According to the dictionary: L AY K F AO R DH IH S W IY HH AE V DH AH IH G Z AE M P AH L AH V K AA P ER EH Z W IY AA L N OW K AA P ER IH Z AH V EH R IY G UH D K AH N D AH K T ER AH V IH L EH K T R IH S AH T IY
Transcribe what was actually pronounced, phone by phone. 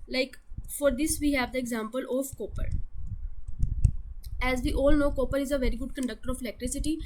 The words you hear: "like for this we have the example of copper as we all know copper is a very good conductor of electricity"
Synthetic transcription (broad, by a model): L AY K F AO R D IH S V IY HH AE V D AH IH G Z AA M P AH L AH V K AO P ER EH Z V IY AA L N OW K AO P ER IH Z AH V EH R IY G UH D K AH N D AH K T ER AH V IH L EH K T R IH S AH T IY